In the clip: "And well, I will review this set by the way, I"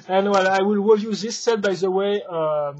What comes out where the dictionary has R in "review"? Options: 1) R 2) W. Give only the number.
2